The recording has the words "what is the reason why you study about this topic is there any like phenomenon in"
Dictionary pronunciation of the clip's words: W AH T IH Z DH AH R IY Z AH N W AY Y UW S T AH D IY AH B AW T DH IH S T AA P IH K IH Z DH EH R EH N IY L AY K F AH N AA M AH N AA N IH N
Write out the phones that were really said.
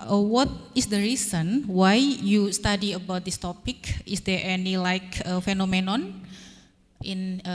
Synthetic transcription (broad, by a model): W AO T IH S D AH R IY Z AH N W AY Y UW S T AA D IY AH B AW T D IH S T AA P IH K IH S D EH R EH N IY L AY K F AH N AA M AH N AA N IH N